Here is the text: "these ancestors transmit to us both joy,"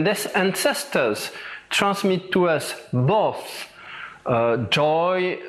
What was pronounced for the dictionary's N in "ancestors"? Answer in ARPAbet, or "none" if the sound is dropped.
N